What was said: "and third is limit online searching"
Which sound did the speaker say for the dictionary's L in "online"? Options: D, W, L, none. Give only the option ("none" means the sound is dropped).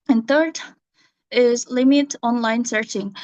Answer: L